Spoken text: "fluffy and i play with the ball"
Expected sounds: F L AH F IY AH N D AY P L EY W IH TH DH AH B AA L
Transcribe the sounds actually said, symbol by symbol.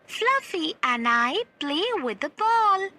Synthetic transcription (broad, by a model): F L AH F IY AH N AY B L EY W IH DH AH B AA L